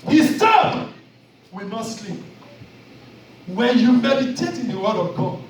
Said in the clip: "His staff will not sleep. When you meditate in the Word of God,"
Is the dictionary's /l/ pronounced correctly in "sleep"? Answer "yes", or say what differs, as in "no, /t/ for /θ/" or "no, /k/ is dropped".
yes